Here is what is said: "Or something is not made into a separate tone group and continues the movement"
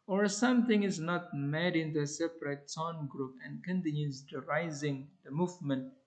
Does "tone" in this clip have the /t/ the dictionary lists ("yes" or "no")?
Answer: no